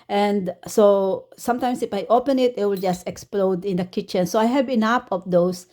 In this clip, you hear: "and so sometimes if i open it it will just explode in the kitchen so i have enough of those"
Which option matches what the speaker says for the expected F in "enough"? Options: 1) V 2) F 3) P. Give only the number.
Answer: 3